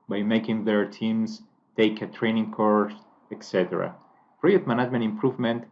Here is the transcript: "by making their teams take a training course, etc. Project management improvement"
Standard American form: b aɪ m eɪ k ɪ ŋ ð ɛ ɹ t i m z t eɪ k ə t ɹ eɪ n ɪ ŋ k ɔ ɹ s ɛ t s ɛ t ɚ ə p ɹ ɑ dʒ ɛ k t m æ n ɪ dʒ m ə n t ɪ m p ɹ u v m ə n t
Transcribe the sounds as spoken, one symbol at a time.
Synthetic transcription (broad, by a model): b aɪ m eɪ k ɪ ŋ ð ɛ ɹ t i m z t eɪ k ə t ɹ eɪ n ɪ ŋ k ɔ ɹ s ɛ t s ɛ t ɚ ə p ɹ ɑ ɛ t m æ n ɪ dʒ m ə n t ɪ m p ɹ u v m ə n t